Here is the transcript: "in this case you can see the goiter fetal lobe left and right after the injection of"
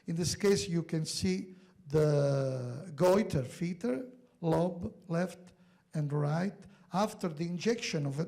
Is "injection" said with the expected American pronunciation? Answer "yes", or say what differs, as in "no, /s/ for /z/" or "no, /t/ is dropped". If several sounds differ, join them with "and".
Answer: yes